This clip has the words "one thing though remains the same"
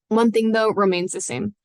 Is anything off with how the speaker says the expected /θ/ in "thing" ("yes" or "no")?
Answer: no